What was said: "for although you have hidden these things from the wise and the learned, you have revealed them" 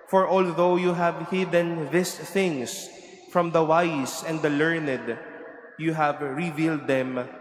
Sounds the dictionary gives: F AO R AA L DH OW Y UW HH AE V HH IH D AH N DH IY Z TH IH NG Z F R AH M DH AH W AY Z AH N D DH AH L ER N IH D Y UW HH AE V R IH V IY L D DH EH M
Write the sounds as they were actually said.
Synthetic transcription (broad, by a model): F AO R AA L DH OW Y UW HH AE V HH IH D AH N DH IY S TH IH NG S F R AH M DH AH W AY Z AH N D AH L ER N IH D Y UW HH AE V R IH V IY L D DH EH M